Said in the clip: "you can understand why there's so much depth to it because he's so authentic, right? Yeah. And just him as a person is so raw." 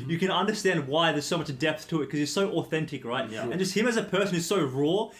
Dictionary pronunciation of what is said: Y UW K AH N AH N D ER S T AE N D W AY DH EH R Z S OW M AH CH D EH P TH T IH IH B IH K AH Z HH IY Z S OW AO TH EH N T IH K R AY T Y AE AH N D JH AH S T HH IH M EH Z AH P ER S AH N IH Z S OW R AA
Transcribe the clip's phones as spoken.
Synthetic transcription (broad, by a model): Y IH K AH N AH N D ER S T AE N D W AY DH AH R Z S OW M AH CH D EH P TH T IH IH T K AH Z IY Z S OW AO TH EH N T IH K R AY T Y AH N JH AH S T HH IH M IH Z AH P ER S AH N IH Z S OW R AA